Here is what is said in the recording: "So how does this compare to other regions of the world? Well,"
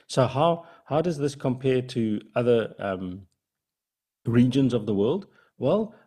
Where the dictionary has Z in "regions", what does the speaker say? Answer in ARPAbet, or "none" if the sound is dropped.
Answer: Z